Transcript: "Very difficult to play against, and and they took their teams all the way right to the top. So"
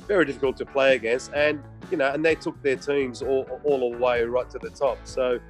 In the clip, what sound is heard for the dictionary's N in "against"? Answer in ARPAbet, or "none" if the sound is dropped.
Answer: none